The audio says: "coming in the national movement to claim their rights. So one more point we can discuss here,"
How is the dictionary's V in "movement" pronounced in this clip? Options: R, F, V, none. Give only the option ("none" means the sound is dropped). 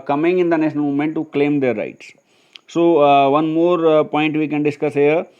none